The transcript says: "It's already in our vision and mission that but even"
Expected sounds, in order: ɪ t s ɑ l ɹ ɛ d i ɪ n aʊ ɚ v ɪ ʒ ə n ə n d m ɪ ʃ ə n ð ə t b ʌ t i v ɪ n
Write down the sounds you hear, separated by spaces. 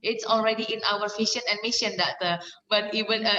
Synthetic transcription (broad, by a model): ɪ t s ɑ l ɹ ɛ d i ɪ n aʊ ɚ f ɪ ʃ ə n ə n m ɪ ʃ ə n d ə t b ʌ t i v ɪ n